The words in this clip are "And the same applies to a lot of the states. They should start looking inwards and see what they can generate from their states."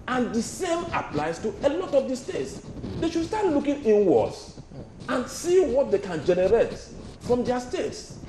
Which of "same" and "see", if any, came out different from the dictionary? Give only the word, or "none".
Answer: none